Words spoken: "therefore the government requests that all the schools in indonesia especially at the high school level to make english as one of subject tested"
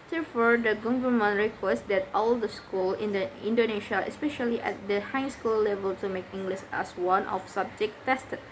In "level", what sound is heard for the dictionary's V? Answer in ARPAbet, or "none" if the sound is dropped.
V